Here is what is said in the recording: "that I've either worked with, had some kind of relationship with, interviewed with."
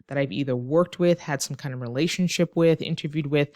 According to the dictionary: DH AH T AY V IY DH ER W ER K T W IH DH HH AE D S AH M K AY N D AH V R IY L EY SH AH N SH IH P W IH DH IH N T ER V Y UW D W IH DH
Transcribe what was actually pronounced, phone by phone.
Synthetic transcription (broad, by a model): DH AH T AY V IY DH ER W ER K T W IH DH HH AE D S AH M K AY N D AH V R IY L EY SH AH N SH IH P W IH DH IH N T ER V Y UW D W IH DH